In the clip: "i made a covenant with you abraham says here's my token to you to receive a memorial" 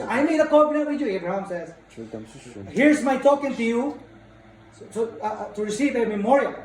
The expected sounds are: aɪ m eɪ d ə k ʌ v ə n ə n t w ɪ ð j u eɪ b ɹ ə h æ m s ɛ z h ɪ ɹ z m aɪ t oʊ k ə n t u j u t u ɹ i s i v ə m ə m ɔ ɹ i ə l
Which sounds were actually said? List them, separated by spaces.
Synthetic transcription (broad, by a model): aɪ m eɪ d ə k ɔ b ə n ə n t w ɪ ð j u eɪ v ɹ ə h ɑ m s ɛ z h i ɹ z m aɪ t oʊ k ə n t u j u t u ɹ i s i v ə m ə m ɔ ɹ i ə l